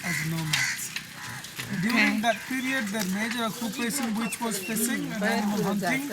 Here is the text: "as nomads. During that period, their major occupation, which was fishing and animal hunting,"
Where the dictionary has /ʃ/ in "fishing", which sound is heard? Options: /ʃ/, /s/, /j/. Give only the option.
/s/